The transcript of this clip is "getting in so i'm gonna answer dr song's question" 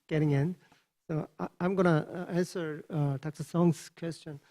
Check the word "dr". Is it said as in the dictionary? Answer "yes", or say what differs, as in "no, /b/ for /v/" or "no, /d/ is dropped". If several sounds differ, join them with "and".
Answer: no, /s/ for /t/